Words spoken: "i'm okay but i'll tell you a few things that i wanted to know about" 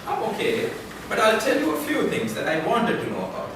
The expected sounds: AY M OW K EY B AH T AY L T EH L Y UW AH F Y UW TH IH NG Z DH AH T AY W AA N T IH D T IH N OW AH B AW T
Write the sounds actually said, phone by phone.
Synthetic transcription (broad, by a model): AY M OW K EY B AH T AY L T EH L Y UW AH F Y UW TH IH NG Z DH AH T AY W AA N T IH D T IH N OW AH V